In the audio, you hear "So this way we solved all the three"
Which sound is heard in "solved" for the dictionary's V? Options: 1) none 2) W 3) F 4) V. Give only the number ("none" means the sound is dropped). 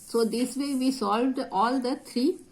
4